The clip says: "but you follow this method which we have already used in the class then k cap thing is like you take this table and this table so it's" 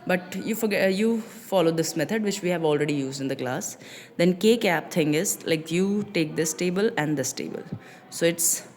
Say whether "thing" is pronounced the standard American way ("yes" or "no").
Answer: no